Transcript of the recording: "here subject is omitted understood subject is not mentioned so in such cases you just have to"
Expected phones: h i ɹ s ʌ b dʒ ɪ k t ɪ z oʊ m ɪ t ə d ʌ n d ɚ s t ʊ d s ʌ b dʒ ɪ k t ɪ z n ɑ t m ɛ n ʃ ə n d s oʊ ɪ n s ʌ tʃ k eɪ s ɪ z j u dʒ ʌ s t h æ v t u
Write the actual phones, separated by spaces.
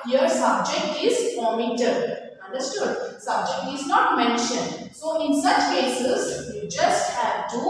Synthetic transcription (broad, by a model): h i ɹ s ʌ b dʒ ɪ k t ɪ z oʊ m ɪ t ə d ʌ n d ɚ s t ʊ d s ʌ b dʒ ɪ k t ɪ z n ɑ t m ɛ n ʃ ə n d s oʊ ɪ n s ʌ tʃ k eɪ s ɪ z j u dʒ ʌ s t h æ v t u